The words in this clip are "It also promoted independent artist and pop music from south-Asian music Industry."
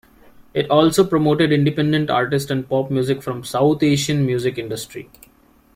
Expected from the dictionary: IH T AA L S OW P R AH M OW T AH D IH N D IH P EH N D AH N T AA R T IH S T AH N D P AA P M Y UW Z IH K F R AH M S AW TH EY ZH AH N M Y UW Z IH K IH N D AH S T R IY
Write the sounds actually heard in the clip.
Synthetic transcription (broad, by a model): IH T AA L S OW P R AH M OW T AH D IH N D IH P EH N D AH N T AA R T IH S T AH N D P AA P M Y UW Z IH K F R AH M S AW T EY SH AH N M Y UW Z IH K IH N D AH S T R IY